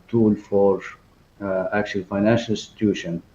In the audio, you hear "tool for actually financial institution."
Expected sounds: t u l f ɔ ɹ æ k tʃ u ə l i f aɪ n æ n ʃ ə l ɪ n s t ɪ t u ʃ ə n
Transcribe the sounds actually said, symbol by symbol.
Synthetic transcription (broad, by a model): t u l f ɔ ɹ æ k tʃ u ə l f aɪ n æ n ʃ ə l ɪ s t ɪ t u ʃ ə n